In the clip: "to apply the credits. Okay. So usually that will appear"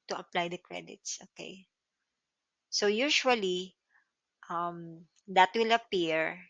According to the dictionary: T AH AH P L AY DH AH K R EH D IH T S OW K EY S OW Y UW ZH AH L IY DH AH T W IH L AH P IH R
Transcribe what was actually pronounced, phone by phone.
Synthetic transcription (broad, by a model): T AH AH P L AY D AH K R EH D IH T S OW K EY S OW Y UW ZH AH L IY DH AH T W IH L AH P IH R